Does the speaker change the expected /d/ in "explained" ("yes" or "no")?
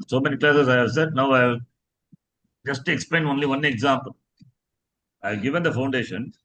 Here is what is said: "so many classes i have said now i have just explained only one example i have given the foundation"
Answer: yes